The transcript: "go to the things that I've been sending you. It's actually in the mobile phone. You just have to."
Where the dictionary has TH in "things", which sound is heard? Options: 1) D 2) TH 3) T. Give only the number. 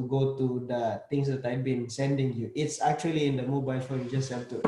3